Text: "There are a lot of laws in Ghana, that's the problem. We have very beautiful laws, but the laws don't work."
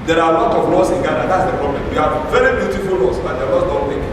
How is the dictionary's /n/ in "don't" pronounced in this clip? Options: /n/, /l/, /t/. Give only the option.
/l/